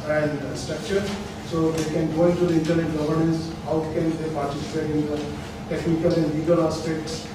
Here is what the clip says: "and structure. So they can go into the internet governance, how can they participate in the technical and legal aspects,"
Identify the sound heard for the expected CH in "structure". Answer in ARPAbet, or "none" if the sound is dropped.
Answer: CH